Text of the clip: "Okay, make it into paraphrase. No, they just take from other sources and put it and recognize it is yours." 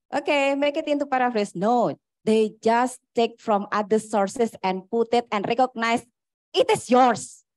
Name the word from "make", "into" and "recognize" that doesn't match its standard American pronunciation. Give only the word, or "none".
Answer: recognize